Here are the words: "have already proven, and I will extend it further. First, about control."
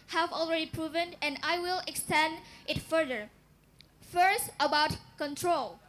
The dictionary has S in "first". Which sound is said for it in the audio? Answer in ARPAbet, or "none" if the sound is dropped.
S